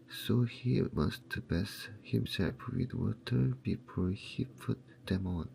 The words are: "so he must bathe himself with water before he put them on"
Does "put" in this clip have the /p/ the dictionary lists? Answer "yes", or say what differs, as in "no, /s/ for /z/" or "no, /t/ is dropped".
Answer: no, /f/ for /p/